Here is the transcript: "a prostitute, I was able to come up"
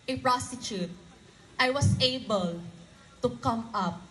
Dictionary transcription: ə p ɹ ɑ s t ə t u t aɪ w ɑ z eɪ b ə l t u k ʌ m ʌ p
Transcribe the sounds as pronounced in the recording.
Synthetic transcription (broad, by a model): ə p ɹ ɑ s t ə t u t aɪ w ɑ s eɪ b ə l t u k ʌ m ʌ p